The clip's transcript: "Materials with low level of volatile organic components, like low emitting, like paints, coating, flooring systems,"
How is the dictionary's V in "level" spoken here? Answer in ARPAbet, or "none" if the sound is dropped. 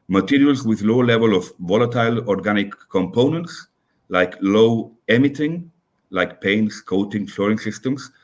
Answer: V